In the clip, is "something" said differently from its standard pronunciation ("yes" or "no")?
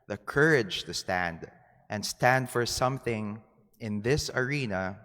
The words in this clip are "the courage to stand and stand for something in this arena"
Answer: no